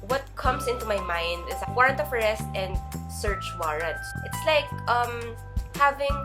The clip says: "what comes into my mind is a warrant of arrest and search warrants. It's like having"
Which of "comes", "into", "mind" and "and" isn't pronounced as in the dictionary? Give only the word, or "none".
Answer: comes